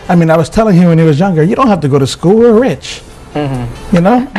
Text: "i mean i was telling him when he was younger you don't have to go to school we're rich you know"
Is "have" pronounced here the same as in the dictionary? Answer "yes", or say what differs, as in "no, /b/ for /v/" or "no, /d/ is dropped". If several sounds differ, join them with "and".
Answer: no, /f/ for /v/